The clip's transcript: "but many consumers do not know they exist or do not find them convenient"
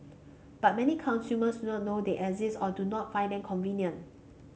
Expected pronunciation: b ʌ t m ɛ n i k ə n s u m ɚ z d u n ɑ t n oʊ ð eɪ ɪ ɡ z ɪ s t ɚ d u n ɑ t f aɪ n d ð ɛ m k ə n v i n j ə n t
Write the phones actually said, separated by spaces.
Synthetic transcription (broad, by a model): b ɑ t m ɛ n i k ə n s u m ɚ s d u n ɑ t n oʊ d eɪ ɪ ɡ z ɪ s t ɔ d u n ɑ t f aɪ n d ɛ m k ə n v i n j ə n